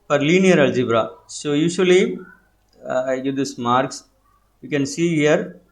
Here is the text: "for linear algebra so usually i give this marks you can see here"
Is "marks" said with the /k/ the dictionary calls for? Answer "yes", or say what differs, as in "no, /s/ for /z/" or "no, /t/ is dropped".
yes